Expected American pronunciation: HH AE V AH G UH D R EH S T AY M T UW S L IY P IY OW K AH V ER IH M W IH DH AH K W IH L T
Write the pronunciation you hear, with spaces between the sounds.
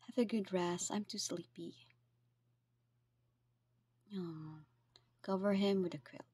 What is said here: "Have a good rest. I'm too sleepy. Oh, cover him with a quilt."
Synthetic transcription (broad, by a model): HH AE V AH G UH D R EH S AY M T UW S L IY P IY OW K AH V ER IH M W IH DH AH K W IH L